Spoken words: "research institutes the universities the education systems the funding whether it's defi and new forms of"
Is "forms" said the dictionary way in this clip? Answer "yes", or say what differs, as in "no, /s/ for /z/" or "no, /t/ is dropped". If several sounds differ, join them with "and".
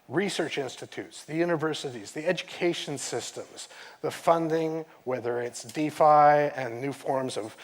yes